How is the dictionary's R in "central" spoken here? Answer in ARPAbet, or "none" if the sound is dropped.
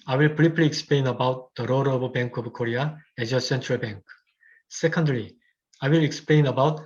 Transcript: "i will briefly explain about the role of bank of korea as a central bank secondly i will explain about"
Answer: R